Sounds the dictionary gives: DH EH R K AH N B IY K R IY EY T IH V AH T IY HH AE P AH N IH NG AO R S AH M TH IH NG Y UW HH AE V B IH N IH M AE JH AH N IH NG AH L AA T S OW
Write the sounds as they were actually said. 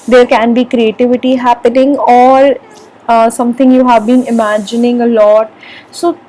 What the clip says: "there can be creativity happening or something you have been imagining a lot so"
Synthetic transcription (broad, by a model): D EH R K AH N B IY K R IY EY T IH V AH T IY HH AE P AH N IH NG AO R S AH M T IH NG Y UW HH AE V B IH N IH M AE JH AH N IH NG AH L AA T S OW